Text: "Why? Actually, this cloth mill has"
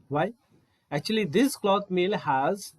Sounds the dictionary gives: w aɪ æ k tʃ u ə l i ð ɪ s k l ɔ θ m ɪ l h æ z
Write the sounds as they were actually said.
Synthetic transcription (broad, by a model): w aɪ æ k tʃ u ə l i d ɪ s k l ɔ t m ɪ l h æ z